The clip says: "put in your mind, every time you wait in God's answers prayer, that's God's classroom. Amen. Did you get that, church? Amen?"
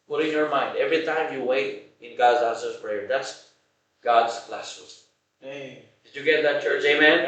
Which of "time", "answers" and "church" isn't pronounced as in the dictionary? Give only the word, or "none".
answers